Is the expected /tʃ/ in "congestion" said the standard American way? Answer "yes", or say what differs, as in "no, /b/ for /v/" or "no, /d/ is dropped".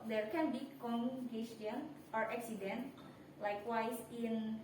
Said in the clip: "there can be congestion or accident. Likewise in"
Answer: no, /tʃ/ is dropped